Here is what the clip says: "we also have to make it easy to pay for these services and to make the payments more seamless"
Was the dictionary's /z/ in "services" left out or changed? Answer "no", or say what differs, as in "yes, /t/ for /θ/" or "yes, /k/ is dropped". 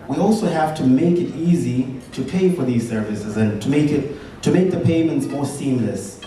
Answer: no